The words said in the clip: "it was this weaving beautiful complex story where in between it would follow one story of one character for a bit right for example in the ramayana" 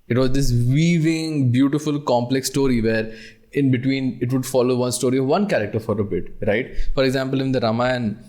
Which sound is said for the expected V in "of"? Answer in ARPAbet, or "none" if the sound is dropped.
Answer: V